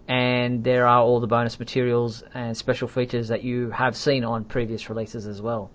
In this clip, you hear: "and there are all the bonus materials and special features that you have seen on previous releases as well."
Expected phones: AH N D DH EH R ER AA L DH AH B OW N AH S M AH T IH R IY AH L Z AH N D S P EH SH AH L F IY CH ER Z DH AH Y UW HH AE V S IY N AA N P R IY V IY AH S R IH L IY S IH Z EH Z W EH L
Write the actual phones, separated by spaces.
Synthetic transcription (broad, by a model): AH N DH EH R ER AA L DH AH B OW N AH S M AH T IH R IY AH L Z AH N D S P EH SH L F IY CH ER Z DH AH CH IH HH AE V S IY N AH N P R IY V IY AH S R IH L IY S IH Z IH Z W EH L